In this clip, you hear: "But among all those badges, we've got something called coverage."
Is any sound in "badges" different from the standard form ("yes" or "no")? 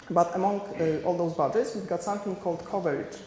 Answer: yes